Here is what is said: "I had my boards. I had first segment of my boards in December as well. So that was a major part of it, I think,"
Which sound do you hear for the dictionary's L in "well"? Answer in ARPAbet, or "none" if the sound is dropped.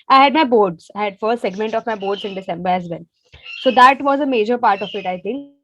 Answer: N